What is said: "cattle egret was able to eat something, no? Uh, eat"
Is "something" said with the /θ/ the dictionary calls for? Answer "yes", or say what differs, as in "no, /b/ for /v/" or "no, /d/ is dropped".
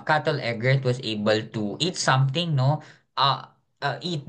no, /t/ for /θ/